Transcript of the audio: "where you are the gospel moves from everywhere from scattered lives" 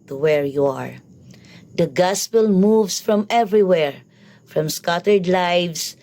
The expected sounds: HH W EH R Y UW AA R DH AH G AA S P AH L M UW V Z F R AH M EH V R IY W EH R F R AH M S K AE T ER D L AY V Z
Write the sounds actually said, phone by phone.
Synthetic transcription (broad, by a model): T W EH R Y UW AA R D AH G AA S P AH L M UW V S F R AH M EH V R IY W EH R F R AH M S K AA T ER D L AY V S